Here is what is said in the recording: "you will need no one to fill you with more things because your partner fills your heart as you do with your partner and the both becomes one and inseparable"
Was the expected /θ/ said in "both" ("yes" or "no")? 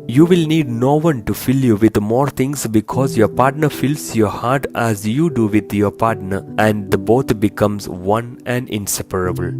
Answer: no